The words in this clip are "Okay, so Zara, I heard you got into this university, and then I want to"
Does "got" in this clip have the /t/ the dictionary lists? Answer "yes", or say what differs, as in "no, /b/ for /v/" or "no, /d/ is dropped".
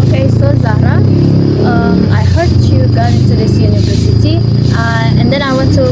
no, /t/ is dropped